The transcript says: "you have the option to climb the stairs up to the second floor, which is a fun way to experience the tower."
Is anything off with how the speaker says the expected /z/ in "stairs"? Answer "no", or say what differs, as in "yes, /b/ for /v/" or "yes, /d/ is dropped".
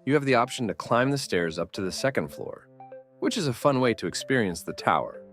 no